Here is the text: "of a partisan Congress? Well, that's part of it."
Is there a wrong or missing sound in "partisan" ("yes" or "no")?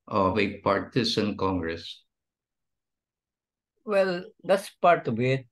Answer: yes